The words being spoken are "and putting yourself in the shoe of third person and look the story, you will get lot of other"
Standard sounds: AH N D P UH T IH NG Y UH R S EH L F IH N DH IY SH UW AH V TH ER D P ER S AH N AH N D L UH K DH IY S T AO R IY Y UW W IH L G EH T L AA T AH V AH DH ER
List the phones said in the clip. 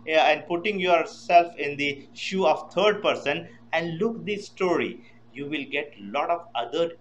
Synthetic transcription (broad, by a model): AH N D P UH T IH NG Y UH R S EH L F IH N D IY SH UW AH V T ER D P ER S AH N AH N D L UH K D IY S T AO R IY Y UW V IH L G EH T L AA T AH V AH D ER